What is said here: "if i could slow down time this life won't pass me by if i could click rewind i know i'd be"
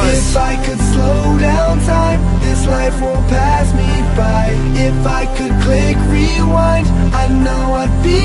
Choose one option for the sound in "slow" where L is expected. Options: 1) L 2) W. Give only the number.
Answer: 1